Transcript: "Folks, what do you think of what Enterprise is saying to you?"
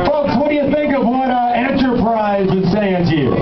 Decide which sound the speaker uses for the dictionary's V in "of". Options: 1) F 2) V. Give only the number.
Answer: 2